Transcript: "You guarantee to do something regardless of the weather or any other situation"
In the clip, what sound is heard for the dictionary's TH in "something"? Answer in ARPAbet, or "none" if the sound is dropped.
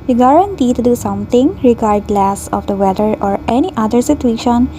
T